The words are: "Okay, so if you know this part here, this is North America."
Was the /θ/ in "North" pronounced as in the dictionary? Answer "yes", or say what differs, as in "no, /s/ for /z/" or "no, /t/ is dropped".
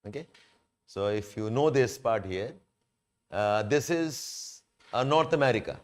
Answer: no, /t/ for /θ/